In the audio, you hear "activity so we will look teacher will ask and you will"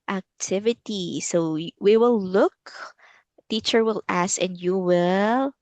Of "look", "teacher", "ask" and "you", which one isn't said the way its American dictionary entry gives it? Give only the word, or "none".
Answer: ask